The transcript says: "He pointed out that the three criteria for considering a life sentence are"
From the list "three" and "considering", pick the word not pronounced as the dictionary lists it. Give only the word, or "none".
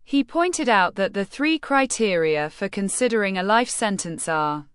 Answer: none